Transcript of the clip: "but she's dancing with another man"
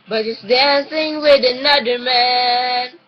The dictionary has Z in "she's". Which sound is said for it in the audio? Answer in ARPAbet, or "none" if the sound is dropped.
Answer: S